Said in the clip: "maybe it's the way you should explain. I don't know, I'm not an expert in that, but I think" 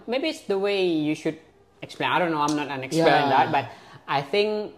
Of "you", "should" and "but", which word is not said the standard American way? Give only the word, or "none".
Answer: none